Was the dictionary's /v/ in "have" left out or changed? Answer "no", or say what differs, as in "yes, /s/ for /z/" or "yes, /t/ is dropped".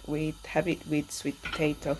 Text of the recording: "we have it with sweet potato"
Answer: yes, /b/ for /v/